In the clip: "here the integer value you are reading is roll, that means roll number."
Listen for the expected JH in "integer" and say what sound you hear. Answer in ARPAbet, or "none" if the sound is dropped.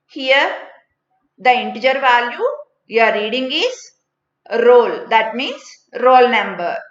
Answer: JH